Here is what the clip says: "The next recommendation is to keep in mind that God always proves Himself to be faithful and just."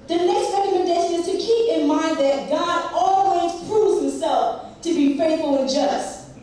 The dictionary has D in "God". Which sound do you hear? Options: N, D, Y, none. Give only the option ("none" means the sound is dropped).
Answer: D